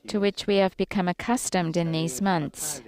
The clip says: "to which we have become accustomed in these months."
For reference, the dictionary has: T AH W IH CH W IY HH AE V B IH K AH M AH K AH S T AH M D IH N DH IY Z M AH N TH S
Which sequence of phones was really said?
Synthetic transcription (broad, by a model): T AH W IH CH W IY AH V B IH K AH M AH K AH S T AH M D IH N DH IY Z M AH N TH S